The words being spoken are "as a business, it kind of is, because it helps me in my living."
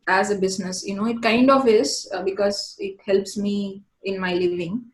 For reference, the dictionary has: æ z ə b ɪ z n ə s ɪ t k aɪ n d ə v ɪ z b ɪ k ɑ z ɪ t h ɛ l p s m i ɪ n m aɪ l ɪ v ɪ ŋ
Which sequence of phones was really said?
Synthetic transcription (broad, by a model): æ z ə b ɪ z n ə s ɪ t k aɪ n d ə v ɪ z b ɪ k ɑ z ɪ t h ɛ l p s m i ɪ n m aɪ l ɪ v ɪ ŋ